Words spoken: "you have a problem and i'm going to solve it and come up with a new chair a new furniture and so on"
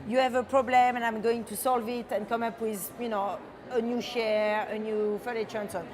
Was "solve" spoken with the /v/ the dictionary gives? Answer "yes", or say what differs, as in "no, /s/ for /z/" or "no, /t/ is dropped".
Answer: yes